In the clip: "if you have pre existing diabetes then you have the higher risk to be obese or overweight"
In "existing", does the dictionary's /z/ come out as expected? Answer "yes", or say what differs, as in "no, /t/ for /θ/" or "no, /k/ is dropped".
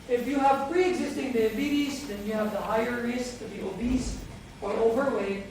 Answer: yes